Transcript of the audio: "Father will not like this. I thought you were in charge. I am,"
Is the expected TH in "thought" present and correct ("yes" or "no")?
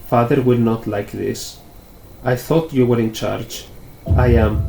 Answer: yes